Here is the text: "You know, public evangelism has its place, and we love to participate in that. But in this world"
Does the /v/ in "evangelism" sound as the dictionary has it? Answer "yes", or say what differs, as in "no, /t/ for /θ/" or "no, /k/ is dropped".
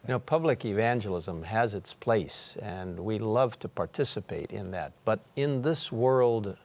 yes